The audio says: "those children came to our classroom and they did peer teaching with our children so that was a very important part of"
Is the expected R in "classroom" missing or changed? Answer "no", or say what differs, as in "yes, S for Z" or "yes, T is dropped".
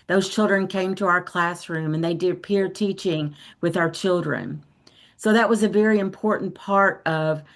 no